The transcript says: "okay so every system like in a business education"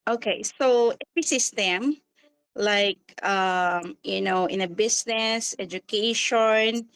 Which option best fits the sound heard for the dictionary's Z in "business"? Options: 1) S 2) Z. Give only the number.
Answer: 1